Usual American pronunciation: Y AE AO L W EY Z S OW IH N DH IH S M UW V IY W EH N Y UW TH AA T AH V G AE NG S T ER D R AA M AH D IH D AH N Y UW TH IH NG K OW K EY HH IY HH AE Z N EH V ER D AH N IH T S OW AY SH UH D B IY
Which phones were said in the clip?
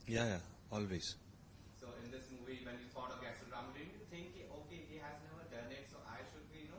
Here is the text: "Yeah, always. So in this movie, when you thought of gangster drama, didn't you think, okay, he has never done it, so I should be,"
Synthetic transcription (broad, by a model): Y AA AO L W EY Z S OW IH N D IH S M UW V IY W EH N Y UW T AA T AH V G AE S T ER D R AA AH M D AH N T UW T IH NG K OW K EY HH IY HH AE Z N EH V ER D AH N IH T S OW AY SH UH D B IY